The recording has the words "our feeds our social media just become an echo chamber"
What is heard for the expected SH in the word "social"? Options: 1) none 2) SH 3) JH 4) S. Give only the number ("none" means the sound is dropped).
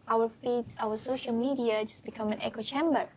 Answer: 2